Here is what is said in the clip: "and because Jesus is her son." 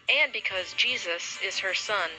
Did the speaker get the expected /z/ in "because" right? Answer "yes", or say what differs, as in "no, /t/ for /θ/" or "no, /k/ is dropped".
yes